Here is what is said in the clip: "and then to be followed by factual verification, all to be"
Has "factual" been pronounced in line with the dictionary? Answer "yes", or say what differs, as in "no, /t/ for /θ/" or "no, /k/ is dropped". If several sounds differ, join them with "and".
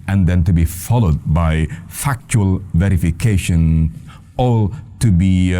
yes